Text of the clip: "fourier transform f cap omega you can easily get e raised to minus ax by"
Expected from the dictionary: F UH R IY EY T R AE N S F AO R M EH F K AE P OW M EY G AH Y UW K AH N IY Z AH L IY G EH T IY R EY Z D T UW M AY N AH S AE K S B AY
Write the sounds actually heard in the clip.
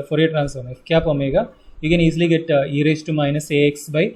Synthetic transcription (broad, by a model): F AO R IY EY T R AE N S AO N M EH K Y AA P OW M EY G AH Y UW K AH N IY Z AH L IY G EH T IY R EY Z T UW M AY N AH S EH K S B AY